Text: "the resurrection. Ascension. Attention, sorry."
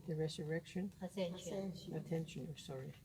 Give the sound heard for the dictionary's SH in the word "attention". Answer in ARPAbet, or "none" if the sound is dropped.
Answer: none